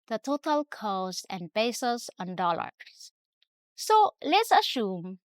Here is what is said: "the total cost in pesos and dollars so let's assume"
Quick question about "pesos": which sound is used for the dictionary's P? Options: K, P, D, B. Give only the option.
B